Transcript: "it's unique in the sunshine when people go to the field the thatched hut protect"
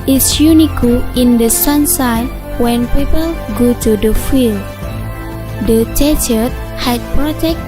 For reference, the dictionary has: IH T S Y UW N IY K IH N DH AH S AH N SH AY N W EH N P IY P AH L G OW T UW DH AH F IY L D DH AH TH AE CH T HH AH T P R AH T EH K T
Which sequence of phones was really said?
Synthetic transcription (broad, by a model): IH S Y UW N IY K IH N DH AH S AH N S AY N W EH N P IY P AH L G OW T UW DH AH F IY L D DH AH T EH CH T HH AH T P R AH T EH K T